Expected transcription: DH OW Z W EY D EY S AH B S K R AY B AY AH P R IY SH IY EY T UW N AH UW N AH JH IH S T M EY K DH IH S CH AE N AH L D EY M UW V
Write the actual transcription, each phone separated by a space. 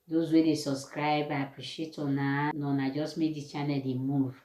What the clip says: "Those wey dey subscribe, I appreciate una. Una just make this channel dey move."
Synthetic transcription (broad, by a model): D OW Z W EY D EY S AH B S K R AY B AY AH P R IY SH IY EY T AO N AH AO N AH JH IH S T M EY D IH CH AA N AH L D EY M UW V